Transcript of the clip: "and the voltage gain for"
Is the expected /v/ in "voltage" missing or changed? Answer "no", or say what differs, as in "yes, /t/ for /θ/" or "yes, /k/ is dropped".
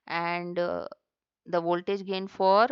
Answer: no